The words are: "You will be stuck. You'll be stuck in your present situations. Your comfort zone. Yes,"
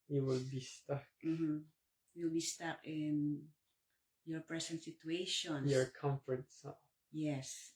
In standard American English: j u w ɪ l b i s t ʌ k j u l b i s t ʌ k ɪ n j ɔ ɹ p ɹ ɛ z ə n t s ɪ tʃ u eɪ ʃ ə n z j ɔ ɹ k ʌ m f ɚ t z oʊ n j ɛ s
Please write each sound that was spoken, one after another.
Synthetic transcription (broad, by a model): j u w ɪ l b i s t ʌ k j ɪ l b i s t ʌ k ɪ n j ɔ ɹ p ɹ ɛ s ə n t s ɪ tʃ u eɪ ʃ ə n j ɔ ɹ k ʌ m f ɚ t s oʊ j ɛ s